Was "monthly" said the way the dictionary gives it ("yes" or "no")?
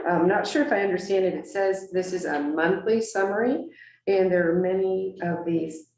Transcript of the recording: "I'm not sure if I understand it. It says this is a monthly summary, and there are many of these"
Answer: yes